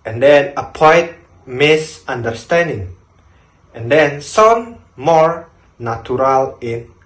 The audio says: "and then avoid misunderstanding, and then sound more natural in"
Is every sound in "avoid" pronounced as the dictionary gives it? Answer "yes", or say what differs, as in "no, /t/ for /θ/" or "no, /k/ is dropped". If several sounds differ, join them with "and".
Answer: no, /p/ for /v/